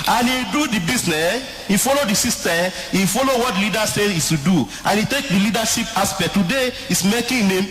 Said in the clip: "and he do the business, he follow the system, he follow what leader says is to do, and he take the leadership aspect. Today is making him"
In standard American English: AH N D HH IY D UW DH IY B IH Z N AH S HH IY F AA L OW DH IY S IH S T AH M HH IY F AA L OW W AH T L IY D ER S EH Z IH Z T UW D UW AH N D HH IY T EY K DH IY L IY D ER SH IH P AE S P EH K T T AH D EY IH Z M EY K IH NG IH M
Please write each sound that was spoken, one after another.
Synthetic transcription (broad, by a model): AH N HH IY D UW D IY B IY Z N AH S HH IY F AA L OW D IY S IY S T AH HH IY F AA L OW W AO T L IY D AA S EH IH S T UW D UW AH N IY T EY K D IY L IY D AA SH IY P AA S P EH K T T AH D EY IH S M EY K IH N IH M